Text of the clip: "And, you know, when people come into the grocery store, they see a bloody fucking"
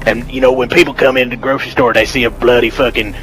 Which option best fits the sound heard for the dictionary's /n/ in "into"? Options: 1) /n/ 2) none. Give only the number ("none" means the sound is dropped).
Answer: 1